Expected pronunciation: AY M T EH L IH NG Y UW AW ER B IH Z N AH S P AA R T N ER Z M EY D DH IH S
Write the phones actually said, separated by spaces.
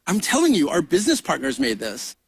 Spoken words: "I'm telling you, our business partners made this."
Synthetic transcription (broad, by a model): AY M T EH L IH NG Y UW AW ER B IH Z N AH S P AA R T N ER Z M EY D DH IH S